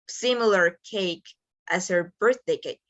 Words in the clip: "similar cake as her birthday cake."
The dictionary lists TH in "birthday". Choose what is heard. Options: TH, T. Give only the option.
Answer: TH